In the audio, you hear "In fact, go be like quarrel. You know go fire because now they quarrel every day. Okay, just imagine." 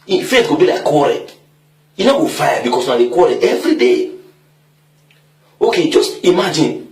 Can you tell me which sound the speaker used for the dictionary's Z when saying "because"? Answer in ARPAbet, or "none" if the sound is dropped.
S